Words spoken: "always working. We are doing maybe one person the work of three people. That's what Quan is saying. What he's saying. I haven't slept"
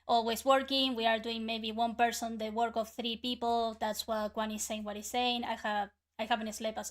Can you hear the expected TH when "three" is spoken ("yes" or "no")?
yes